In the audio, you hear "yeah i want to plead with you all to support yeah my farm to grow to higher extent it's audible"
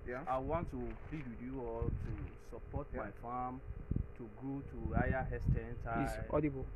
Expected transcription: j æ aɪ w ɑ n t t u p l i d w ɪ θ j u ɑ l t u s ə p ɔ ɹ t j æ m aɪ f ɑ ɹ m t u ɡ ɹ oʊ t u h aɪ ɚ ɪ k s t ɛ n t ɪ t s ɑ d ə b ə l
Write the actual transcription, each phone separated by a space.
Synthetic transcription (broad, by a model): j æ aɪ w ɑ n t t u p l i d w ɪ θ j u ɑ l t u s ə p ɔ t m aɪ f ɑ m t u ɡ ɹ oʊ t u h aɪ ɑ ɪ s t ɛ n t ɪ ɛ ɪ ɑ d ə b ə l